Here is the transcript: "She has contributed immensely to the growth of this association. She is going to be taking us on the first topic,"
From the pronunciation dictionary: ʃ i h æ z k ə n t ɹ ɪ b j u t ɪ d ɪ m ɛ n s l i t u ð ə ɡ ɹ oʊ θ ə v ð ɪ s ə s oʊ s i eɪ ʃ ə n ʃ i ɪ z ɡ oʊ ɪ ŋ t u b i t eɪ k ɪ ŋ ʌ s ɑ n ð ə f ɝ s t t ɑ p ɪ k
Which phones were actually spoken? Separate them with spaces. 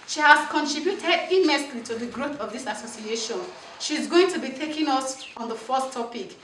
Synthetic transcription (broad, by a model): ʃ i h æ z k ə n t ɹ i b j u t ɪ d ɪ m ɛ s l i t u ð ə ɡ ɹ oʊ θ ə v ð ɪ s ə s oʊ s i eɪ ʃ ə n ʃ i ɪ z ɡ oʊ ɪ ŋ t u b i t eɪ k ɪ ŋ ʌ s ɑ n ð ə f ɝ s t t ɑ p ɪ k